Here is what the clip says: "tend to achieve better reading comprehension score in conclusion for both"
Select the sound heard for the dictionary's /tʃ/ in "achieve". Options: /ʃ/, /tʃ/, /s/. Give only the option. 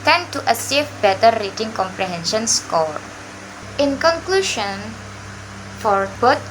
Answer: /s/